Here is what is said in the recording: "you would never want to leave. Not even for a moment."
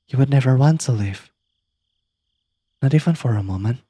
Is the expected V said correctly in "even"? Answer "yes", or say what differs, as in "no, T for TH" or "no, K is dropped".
no, F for V